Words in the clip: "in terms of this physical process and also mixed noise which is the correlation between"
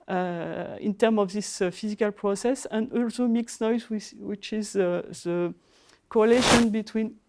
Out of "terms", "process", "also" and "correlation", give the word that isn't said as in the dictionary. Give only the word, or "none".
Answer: terms